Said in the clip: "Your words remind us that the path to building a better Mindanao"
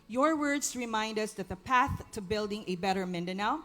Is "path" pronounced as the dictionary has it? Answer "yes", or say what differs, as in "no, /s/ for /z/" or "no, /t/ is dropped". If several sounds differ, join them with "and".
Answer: yes